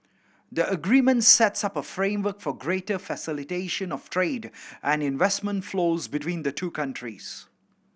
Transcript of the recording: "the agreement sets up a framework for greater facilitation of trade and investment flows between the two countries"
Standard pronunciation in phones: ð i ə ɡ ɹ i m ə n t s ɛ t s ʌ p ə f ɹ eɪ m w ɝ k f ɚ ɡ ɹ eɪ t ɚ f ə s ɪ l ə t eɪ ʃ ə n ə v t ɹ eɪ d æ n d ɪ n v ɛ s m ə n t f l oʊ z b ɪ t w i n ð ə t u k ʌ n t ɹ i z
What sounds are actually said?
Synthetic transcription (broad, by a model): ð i ə ɡ ɹ i m ə n t s ɛ t s ʌ p ə f ɹ eɪ m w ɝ k f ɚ ɡ ɹ eɪ t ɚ f ə s ɪ l ə t eɪ ʃ ə n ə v t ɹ eɪ d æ n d ɪ n v ɛ s m ə n t f l oʊ z b ɪ t w i n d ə t u k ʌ n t ɹ i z